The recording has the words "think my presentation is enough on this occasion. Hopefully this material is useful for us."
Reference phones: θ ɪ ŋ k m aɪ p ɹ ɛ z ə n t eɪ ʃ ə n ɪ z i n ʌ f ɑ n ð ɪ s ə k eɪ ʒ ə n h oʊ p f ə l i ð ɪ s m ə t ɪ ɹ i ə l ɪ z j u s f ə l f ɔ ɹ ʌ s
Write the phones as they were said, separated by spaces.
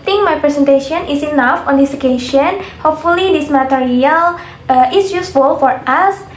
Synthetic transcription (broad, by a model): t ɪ ŋ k m aɪ p ɹ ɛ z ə n t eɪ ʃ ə n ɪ s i n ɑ f ɑ n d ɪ s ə k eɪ ʃ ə n h oʊ p f ə l i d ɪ s m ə t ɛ ɹ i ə l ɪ s j u s f ə l f ɔ ɹ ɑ s